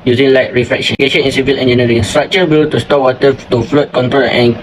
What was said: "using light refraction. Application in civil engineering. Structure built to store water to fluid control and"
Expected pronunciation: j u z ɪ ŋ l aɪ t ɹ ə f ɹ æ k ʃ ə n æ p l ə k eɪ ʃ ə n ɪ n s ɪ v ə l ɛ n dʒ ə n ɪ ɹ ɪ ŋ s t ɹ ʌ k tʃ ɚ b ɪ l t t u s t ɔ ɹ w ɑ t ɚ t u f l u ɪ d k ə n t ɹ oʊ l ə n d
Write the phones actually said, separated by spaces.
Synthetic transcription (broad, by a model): j u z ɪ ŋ l aɪ t ɹ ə f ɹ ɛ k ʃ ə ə eɪ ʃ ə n ɪ n s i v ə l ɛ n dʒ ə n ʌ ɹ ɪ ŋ s t ɹ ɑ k tʃ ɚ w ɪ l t t u s t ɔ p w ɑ t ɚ t u f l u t k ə n t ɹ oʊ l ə n